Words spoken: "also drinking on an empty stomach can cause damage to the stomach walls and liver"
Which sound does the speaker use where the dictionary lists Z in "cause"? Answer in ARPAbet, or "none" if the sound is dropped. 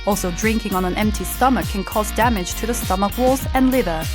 Z